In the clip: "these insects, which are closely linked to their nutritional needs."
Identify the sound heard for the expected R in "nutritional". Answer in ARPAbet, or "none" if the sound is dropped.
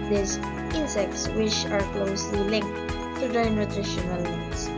R